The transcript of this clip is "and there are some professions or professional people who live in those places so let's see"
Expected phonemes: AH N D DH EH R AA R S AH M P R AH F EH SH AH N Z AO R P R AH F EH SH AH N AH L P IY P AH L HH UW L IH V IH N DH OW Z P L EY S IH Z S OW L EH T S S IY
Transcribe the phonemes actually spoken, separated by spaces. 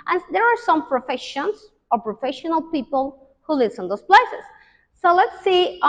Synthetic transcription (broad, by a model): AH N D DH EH R AA R S AH M P R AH F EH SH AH N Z AO R P R AH F EH SH AH N AH L P IY P AH L HH UW L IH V IH N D OW S P L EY S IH S OW L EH T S S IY